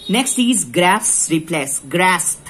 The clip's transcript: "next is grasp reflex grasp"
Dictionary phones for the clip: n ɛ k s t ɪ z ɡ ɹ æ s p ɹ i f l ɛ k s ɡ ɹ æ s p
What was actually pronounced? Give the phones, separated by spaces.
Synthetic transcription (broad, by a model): n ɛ k s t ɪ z ɡ ɹ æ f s ɹ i p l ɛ s ɡ ɹ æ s